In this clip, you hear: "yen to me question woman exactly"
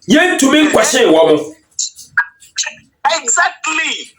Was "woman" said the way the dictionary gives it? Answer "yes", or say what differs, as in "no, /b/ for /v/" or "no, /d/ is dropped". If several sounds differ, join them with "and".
no, /n/ is dropped